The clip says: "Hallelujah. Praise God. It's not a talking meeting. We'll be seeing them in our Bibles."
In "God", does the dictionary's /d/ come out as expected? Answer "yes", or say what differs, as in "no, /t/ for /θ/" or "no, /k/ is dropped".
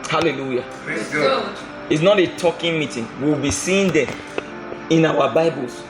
no, /d/ is dropped